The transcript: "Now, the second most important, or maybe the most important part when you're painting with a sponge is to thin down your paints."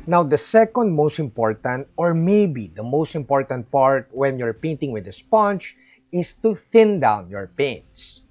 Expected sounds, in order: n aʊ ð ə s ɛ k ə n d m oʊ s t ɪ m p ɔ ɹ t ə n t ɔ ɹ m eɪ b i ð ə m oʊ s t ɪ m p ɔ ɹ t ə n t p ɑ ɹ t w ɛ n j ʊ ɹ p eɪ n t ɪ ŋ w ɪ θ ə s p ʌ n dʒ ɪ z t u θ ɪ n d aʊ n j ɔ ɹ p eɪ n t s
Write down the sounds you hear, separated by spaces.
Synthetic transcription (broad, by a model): n aʊ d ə s ɛ k ə n d m oʊ s t ɪ m p ɔ ɹ t ə n t ɔ ɹ m eɪ b i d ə m oʊ s t ɪ m p ɔ ɹ t ə n t p ɑ ɹ t w ɛ n j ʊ ɹ p eɪ n t ɪ ŋ w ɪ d ə s p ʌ n tʃ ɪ s t u θ ɪ n d aʊ n j ɔ ɹ p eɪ n t s